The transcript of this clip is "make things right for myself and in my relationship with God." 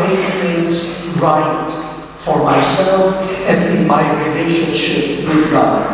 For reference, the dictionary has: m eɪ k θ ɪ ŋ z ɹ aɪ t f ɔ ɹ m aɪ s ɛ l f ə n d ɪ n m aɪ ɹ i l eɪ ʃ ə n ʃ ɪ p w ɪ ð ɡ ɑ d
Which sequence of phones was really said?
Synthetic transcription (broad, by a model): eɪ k f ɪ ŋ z ɹ aɪ t f ɔ ɹ m aɪ s ɛ l f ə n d ɪ n m aɪ ɹ i l eɪ ʃ ə n ʃ ɪ p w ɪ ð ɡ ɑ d